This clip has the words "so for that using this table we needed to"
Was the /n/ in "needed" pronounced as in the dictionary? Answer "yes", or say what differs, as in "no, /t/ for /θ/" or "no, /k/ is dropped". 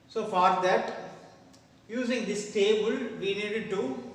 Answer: yes